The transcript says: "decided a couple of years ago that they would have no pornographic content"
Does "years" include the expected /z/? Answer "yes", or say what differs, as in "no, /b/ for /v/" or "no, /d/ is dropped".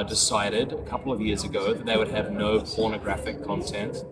yes